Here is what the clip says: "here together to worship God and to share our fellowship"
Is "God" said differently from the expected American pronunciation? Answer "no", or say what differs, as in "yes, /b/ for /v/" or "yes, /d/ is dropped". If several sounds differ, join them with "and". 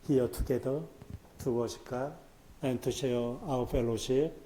yes, /d/ is dropped